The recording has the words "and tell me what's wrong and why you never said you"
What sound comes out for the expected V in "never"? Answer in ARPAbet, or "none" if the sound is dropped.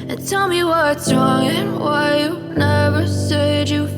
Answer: V